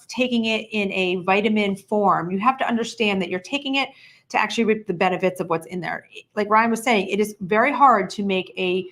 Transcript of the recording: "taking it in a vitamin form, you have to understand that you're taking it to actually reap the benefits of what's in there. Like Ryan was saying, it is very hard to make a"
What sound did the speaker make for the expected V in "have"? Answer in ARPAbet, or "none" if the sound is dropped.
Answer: F